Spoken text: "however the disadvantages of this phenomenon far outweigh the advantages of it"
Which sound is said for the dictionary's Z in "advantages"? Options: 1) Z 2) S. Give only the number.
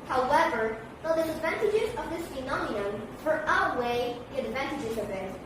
1